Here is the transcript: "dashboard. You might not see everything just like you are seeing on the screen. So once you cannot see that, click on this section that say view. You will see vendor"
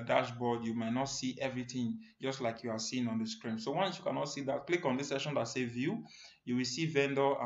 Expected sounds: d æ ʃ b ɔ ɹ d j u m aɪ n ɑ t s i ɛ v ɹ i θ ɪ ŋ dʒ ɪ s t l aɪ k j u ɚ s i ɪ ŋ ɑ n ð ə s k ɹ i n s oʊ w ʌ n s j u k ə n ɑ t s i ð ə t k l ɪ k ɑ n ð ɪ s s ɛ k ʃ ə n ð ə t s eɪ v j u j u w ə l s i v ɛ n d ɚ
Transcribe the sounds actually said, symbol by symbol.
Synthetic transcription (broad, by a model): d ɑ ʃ b ɔ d j u m aɪ n ɑ t s i ɛ v ɹ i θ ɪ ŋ dʒ ɪ s t l aɪ k j u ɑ s i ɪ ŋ ɑ n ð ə s k ɹ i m s oʊ w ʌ n s j u k ə n ɑ t s i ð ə t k l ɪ k ɑ n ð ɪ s s ɛ ʃ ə n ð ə t s eɪ v j u j u w ə l s i v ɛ n d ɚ